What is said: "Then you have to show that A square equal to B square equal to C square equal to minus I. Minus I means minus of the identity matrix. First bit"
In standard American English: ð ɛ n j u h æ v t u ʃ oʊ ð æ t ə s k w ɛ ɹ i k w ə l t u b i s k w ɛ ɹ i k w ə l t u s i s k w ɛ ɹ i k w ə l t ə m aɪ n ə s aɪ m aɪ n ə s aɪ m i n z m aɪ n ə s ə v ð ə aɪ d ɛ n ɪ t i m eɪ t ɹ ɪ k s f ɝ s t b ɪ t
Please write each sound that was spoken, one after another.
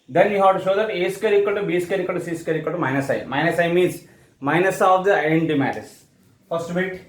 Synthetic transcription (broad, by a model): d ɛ n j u h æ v t u ʃ oʊ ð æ t ə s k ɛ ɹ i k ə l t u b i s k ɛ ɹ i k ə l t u s i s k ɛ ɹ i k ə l t ə m aɪ n ə s aɪ m aɪ n ə s aɪ m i n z m aɪ n ə s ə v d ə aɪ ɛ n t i m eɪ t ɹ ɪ s f ɝ s t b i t